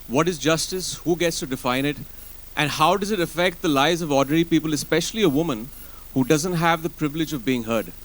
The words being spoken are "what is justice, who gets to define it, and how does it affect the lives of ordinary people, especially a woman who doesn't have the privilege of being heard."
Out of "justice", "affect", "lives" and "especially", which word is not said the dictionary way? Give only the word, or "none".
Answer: lives